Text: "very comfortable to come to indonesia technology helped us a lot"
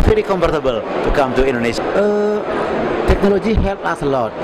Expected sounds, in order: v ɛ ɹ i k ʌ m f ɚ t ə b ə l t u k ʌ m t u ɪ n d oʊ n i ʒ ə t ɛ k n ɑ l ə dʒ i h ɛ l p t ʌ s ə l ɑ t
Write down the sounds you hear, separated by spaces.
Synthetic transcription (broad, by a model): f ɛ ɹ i k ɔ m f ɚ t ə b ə l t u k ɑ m t u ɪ n d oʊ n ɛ ʃ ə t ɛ k n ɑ l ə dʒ i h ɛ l t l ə l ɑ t